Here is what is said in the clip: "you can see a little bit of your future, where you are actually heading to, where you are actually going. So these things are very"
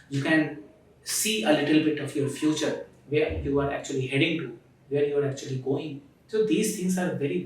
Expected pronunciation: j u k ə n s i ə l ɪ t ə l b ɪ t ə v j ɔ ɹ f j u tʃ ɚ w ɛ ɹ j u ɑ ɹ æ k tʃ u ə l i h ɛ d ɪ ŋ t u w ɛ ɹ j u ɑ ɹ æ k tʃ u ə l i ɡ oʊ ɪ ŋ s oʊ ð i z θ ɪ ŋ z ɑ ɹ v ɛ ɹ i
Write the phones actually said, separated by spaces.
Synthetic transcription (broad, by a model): j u k ə n s i ə l ɪ t ə l b ɪ t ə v j ɔ ɹ f j u tʃ ɚ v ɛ ɹ j u ɑ ɹ æ k tʃ u ə l i h ɛ d ɪ ŋ t u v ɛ ɹ j u ɑ ɹ æ k tʃ u ə l i ɡ oʊ ɪ ŋ s oʊ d i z t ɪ ŋ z ɑ ɹ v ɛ ɹ i